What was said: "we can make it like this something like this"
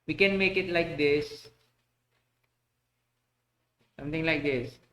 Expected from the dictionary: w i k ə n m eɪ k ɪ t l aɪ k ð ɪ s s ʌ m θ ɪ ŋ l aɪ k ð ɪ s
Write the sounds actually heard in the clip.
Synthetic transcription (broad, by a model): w i k ə n m eɪ k ɪ t l aɪ k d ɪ s s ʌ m t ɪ ŋ l aɪ k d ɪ s